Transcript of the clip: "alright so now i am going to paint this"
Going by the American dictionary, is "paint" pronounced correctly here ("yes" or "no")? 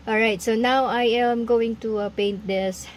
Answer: yes